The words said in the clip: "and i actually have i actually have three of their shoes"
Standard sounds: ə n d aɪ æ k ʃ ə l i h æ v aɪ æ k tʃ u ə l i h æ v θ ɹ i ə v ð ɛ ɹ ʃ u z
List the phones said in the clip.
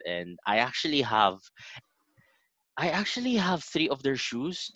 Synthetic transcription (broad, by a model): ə n d aɪ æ k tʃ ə l i h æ v aɪ æ k tʃ u ə l i h æ v θ ɹ i ə v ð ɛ ɹ ʃ u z